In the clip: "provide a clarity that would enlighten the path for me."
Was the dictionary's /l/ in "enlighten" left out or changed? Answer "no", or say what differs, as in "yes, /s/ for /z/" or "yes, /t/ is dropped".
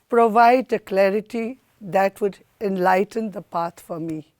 no